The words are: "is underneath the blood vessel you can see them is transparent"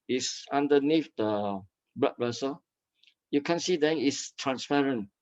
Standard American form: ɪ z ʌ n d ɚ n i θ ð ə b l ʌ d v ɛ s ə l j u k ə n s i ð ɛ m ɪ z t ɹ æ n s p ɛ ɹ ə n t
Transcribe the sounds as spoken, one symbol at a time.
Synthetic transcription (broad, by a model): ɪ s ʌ n d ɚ n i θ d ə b ʌ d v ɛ s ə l j u k ə n s i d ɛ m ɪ s t ɹ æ n s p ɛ ɹ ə n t